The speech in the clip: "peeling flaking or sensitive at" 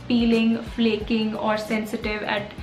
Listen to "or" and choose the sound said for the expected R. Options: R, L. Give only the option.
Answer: R